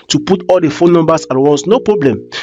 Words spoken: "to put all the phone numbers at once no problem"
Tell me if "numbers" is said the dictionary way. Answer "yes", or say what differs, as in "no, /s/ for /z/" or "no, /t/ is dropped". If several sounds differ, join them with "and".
no, /s/ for /z/